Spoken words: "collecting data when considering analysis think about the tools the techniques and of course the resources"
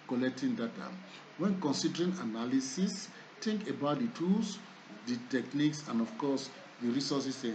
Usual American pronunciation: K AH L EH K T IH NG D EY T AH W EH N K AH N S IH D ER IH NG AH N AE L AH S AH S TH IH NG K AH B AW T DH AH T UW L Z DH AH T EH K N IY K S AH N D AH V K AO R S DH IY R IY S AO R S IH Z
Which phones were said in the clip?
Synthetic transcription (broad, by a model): K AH L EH K T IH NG D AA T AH W EH N K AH N S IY D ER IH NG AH N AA L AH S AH S T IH NG K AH B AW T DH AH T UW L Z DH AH T EH K N IY K S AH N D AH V K AO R S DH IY R IY S AO S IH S